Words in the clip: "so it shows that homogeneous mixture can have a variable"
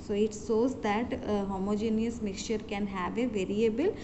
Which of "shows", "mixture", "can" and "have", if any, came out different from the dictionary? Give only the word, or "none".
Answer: shows